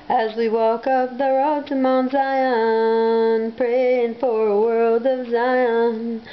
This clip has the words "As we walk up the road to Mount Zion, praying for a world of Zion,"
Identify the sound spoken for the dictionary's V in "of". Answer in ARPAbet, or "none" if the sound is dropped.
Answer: V